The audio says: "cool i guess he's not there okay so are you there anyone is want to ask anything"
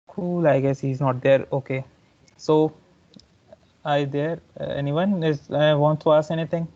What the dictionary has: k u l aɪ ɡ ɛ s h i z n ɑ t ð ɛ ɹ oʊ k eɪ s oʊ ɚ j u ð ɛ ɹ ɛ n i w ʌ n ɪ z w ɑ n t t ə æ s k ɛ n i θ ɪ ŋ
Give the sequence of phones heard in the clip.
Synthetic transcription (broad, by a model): k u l aɪ ɡ ɛ s h i z n ɑ t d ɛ ɹ oʊ k eɪ s oʊ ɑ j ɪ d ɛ ɹ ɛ n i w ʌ n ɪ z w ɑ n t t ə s ɛ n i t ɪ ŋ